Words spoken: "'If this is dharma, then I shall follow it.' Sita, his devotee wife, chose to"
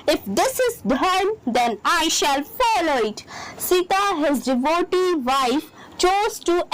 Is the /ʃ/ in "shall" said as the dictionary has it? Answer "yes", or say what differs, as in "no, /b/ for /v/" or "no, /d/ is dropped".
yes